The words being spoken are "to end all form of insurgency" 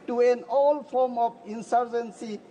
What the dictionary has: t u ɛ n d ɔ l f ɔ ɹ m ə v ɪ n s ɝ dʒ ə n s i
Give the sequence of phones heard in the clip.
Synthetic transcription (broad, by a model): t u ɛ n ɔ l f ɔ ɹ m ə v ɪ n s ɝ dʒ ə n s i